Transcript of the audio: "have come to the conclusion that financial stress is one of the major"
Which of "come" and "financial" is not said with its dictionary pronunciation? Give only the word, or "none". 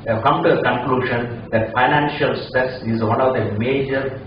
none